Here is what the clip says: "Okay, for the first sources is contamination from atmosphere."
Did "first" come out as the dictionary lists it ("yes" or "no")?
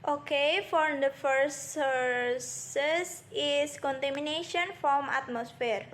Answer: no